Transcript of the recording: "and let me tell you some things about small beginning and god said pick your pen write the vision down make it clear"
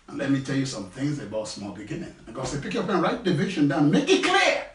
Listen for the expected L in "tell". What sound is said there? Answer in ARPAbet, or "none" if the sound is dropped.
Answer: L